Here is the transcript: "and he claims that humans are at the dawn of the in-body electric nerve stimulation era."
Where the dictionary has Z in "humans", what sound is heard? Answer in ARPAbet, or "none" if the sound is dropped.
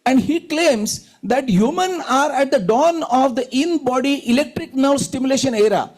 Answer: none